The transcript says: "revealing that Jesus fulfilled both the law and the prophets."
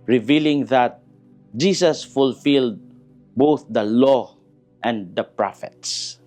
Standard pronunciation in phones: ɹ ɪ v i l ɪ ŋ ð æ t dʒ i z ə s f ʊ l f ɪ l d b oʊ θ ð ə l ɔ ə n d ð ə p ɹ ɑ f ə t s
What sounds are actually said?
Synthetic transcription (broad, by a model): ɹ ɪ v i l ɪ ŋ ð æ t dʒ i s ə s f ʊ l f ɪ l d b oʊ θ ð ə l ɔ ə n d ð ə p ɹ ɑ f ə t s